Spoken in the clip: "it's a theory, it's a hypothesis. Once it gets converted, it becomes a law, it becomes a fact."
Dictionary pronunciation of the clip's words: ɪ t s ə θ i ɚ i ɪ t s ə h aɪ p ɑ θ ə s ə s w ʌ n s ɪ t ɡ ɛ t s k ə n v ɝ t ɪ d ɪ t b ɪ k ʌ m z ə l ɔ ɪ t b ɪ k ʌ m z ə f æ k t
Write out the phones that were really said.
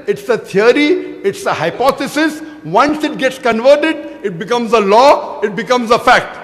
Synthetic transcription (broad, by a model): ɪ t s ə t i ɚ i ɪ t s ə h aɪ p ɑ t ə s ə s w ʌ n s ɪ t ɡ ɛ t s k ə n v ɝ t ɪ d ɪ t b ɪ k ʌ m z ə l ɔ ɪ t b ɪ k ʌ m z ə f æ k t